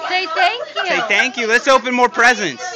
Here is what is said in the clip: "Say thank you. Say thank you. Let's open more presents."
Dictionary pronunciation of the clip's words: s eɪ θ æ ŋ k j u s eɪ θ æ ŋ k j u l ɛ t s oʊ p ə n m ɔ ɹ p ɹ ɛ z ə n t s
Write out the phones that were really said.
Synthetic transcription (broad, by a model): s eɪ t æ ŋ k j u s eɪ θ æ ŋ k j u l ɛ t s oʊ p ə n m ɔ ɹ p ɹ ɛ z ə n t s